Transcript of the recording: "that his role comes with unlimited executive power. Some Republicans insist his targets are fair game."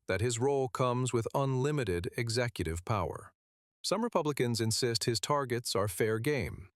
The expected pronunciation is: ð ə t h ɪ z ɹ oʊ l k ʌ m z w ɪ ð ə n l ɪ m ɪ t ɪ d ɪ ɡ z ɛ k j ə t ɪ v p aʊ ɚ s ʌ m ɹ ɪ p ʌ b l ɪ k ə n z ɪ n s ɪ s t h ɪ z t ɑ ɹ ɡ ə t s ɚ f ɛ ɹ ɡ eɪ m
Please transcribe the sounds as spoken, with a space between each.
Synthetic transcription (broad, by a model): ð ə t h ɪ z ɹ oʊ l k ʌ m z w ɪ ð ə n l ɪ m ɪ t ɪ d ɪ ɡ z ɛ k j ə t ɪ v p aʊ ɚ s ʌ m ɹ ɪ p ʌ b l ɪ k ə n z ɪ n s ɪ s t h ɪ z t ɑ ɹ ɡ ə t s ɚ f ɛ ɹ ɡ eɪ m